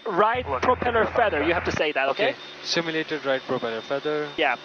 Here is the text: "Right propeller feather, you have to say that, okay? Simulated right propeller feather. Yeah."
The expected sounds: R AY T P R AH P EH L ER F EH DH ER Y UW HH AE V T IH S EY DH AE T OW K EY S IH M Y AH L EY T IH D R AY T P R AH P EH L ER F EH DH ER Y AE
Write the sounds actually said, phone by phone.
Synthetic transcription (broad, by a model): R AY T P R AH P EH L ER F EH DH ER Y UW HH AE F T IH S EY DH AE T OW K EY S IH M Y AH L EY T IH D R AY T P R AH P EH L ER F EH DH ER Y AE